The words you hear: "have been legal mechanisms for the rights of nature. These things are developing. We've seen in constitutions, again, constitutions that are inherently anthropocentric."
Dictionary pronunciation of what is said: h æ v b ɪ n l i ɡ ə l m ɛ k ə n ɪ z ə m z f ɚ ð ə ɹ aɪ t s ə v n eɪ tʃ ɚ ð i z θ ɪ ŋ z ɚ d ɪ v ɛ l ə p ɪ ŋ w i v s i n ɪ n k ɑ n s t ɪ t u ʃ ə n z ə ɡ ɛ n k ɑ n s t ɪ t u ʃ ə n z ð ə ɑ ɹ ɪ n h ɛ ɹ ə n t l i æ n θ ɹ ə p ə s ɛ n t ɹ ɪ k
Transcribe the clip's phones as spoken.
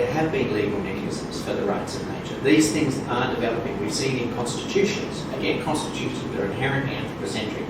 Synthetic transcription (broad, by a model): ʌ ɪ v b ɪ n l i ɡ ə l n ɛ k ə ɪ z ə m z f ɚ ð ə ɹ aɪ t s ə v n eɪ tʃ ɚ ð i z θ ɪ ŋ z ɚ d ɪ v ɛ l ə p ɪ ŋ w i s i ɪ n k ɑ n s t ɪ t u ʃ ə n z ə ɡ ɛ n k ɑ n s t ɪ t u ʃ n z ð ə ɹ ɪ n h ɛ ɹ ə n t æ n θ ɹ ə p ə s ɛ n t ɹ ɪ